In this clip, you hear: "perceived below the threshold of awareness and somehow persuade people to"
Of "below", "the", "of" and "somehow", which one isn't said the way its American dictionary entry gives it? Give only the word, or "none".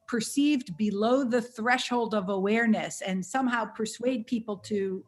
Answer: none